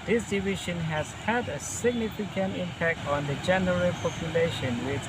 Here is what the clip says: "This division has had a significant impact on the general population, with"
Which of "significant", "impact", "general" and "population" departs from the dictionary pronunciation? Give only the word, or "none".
none